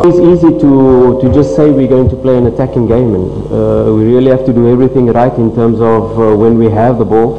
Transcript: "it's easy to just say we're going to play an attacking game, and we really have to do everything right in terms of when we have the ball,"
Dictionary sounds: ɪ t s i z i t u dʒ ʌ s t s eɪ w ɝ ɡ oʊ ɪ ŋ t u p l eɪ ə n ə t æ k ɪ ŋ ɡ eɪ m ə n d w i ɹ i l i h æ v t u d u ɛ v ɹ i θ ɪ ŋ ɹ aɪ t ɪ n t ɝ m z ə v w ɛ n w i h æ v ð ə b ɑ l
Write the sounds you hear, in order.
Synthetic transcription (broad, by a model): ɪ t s i z i t u dʒ ʌ s t s eɪ w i ɡ oʊ ɪ ŋ t u p l eɪ ə n ə t æ k ɪ ŋ ɡ eɪ m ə n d w i ɹ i l i h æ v t u d u ɛ v ɹ i θ ɪ ŋ ɹ aɪ t ɪ n t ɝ m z ə v w ɛ n w i h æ v ð ə b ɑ l